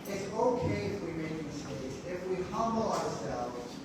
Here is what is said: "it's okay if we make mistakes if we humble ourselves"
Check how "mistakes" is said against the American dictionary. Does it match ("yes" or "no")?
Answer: no